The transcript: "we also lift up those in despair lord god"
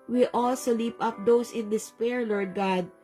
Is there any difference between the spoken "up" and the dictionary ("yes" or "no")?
no